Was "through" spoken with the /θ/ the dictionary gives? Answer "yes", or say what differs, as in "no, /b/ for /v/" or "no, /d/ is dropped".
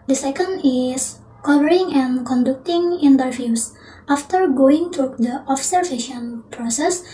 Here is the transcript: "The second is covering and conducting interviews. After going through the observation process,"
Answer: no, /t/ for /θ/